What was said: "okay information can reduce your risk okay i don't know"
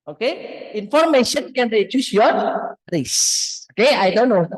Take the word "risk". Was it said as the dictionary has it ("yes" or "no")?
no